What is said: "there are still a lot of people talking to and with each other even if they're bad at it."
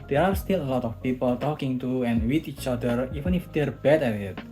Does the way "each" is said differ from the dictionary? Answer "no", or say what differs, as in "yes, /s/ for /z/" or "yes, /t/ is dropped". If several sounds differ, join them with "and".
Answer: no